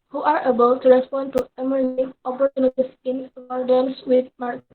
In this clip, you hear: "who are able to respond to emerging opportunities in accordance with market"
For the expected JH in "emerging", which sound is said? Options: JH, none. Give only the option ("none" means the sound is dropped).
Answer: none